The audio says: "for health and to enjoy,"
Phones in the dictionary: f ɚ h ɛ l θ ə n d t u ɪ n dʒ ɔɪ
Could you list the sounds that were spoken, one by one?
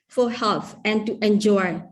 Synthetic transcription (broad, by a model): f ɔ h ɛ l f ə n t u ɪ n dʒ ɔɪ